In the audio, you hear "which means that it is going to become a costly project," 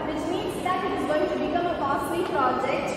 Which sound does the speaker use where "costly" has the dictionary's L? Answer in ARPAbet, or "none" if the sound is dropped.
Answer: none